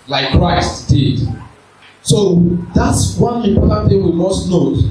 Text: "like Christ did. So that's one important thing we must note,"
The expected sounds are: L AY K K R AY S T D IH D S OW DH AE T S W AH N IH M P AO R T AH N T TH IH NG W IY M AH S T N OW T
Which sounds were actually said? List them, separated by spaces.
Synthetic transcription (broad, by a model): L AY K K R AY S T D IH D S OW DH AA T S W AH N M IY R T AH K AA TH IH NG W IY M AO S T N OW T